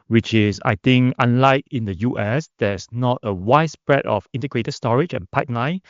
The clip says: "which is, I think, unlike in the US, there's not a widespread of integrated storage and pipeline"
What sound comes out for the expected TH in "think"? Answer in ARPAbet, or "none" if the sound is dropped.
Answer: T